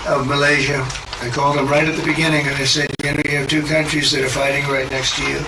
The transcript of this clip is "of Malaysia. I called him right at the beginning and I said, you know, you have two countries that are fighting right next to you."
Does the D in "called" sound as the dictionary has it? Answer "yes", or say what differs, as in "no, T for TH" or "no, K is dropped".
yes